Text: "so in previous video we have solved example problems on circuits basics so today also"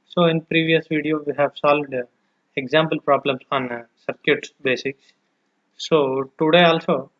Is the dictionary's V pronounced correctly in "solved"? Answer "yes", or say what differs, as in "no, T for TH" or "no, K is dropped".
yes